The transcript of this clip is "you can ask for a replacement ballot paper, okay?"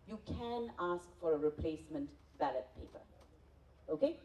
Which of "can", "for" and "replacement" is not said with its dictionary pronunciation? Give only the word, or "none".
none